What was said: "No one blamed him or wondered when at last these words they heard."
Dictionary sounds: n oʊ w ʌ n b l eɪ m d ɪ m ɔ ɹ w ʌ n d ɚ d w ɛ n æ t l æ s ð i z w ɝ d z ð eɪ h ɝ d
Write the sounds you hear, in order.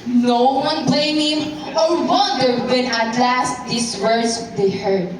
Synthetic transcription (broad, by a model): n oʊ w ʌ n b l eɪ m ɪ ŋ ɔ ɹ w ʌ d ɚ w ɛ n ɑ t l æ s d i s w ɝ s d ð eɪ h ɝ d